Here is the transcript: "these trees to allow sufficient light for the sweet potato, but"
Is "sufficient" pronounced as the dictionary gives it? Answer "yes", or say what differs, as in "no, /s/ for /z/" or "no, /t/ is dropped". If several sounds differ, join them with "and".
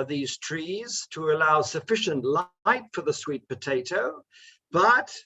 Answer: yes